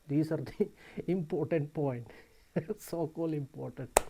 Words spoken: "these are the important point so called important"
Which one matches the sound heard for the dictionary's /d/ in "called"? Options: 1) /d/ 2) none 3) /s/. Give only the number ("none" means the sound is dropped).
2